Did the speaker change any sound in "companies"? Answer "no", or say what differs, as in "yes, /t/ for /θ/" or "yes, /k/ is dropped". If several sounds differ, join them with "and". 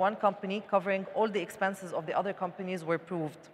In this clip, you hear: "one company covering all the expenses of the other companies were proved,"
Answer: no